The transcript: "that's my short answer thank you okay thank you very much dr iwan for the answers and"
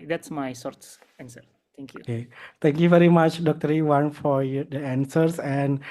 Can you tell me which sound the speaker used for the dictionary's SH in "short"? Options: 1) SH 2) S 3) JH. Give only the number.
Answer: 2